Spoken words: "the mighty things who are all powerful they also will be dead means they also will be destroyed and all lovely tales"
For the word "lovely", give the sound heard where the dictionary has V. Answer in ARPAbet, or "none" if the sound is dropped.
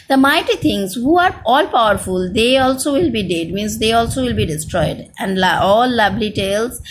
B